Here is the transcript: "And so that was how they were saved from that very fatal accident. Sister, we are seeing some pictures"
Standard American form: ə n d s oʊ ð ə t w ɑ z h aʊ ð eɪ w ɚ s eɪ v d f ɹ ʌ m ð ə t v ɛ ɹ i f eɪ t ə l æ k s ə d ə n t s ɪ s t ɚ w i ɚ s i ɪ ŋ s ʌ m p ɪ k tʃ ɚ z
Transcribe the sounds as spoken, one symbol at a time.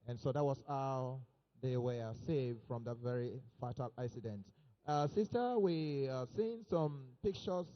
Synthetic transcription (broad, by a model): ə n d s oʊ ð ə t w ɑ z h aʊ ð eɪ w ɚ s eɪ v d f ɹ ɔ m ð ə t v ɛ ɹ i f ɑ t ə l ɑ s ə d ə n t s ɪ s t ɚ w i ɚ s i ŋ s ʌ m p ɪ k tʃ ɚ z